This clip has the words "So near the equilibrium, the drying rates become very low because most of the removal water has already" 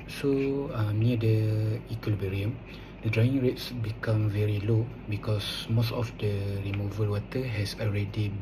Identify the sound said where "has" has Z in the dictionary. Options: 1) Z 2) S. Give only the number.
2